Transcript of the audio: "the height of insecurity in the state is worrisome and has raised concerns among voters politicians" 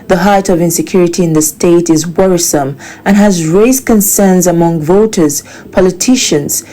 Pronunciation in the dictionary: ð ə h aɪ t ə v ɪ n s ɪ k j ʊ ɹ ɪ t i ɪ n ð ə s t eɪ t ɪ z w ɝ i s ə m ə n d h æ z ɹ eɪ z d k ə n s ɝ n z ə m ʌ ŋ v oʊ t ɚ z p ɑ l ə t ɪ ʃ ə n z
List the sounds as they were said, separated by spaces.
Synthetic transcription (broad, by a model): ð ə h aɪ t ə v ɪ n s ɪ k j ʊ ɹ ɪ t i ɪ n ð ə s t eɪ t ɪ z w ɝ i s ə m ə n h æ z ɹ eɪ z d k ə n s ɝ n z ə m ʌ ŋ v oʊ t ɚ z p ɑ l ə t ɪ ʃ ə n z